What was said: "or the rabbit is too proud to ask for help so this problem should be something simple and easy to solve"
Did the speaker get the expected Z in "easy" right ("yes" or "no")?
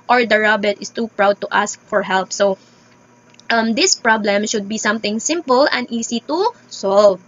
no